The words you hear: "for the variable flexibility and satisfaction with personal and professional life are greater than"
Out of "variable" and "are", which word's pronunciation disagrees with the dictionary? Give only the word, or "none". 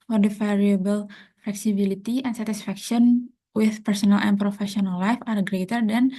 variable